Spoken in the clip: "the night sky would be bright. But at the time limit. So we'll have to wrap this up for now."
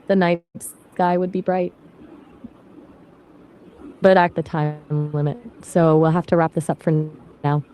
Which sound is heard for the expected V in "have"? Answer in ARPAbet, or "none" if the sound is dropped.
F